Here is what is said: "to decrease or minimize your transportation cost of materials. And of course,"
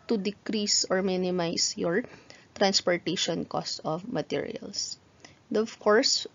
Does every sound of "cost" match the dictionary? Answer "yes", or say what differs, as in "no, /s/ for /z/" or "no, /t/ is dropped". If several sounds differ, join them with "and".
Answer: yes